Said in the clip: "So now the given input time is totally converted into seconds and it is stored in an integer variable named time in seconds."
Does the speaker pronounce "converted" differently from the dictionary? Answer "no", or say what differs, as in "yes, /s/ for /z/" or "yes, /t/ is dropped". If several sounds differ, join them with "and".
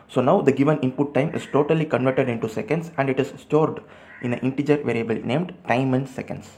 no